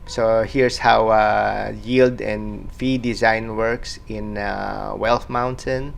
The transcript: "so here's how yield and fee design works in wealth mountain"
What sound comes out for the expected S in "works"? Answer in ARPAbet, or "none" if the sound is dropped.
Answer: S